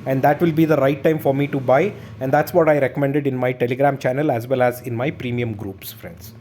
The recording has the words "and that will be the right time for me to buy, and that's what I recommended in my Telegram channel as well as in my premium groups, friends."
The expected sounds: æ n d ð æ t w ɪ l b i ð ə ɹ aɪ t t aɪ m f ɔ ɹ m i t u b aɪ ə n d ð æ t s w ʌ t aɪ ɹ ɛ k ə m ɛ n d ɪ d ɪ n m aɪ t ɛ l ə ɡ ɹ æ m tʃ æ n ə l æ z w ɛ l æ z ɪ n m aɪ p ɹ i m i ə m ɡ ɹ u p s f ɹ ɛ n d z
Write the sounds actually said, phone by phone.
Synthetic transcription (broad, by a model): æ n d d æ t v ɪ l b i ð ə ɹ aɪ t t aɪ m f ɔ ɹ m i t u b aɪ ə n d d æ t s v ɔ t aɪ ɹ ɛ k ə m ɛ n d ɪ d ɪ n m aɪ t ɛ l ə ɡ ɹ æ m tʃ æ n ə l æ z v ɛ l æ z ɪ n m aɪ p ɹ i m i ə m ɡ ɹ u p s f ɹ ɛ n d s